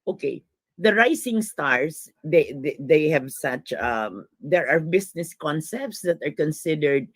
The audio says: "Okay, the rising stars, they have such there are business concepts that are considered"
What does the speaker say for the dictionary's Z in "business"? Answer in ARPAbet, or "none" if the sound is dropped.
S